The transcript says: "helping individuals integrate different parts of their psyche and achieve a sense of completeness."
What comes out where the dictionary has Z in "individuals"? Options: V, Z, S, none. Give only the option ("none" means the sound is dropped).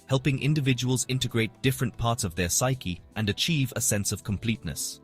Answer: Z